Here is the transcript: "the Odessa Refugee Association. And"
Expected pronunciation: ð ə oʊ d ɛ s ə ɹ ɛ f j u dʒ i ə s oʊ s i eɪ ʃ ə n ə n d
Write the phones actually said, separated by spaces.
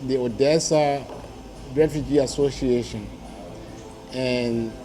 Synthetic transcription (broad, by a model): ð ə oʊ d ɛ s ə ɹ ɛ f j u dʒ i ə s oʊ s i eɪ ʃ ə n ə n